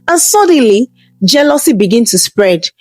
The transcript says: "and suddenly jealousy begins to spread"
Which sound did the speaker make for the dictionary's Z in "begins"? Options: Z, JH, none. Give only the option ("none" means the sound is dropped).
none